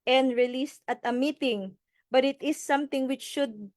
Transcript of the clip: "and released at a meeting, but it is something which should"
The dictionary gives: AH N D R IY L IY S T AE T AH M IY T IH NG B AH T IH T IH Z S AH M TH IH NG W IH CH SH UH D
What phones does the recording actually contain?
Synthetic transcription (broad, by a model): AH N D R IY L IY S T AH T AH M IY T IH NG B AH T IH T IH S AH M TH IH NG W IH CH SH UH D